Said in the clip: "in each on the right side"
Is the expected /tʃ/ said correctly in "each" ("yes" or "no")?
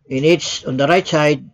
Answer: no